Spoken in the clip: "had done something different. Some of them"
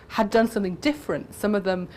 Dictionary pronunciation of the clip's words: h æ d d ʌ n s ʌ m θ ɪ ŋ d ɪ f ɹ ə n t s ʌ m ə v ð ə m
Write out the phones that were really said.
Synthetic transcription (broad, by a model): h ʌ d d ʌ n s ʌ m θ ɪ ŋ d ɪ f ɹ ə n t s ʌ m ə v ð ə m